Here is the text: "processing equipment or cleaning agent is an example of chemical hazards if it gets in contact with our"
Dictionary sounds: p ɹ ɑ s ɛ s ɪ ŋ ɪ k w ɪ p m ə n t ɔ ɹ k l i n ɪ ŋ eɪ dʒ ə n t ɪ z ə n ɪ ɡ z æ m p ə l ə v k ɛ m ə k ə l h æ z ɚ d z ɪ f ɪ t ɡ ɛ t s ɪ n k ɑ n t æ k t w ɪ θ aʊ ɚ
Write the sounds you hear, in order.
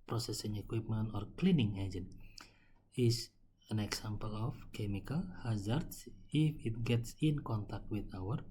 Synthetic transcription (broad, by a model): p ɹ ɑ s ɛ s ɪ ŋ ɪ k w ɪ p m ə n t ɔ ɹ k l i n ɪ ŋ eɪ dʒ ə n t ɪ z ə n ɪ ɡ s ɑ m p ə l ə f k ɛ m ə k ə l h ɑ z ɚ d s ɪ f ɪ t ɡ ɛ t s ɪ n k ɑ n t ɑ k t w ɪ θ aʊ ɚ